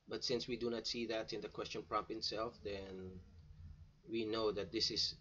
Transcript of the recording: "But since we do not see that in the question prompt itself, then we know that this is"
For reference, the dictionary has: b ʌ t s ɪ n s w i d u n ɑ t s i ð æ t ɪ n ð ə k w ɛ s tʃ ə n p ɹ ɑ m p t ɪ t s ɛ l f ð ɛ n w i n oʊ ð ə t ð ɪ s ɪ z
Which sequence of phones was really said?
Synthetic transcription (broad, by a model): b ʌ t s ɪ n s w i d u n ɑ t s i ð æ t ɪ n ð ə k w ɛ s tʃ ə n p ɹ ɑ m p ɪ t s ɛ l f ð ɛ n w i n oʊ ð ə t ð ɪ s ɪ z